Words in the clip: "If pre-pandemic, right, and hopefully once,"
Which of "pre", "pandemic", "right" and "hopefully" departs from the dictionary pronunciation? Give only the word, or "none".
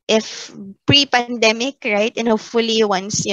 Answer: hopefully